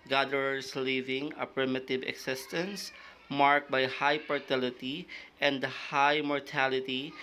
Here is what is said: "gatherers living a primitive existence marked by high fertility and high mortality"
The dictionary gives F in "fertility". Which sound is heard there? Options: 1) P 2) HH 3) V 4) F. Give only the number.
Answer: 1